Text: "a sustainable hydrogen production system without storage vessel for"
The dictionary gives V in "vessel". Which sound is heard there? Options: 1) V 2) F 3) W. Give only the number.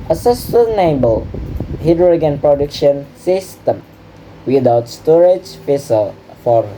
2